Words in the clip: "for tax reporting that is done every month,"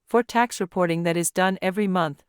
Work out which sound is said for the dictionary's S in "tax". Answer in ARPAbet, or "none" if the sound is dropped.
S